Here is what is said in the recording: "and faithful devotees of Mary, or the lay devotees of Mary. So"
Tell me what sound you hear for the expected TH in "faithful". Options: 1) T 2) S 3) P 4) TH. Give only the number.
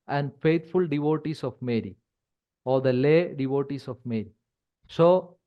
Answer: 1